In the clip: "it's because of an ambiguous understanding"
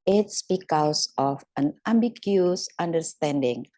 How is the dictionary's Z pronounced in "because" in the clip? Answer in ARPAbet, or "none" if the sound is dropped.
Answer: S